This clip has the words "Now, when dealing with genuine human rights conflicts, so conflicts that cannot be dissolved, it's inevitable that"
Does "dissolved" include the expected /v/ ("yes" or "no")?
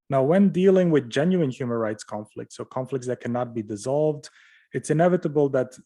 yes